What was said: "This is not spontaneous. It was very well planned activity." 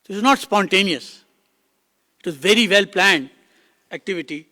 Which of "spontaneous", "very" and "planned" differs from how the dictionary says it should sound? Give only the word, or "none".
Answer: none